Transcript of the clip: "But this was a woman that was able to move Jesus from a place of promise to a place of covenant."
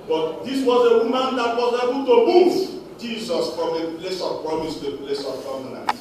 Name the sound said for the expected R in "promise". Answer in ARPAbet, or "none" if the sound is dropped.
R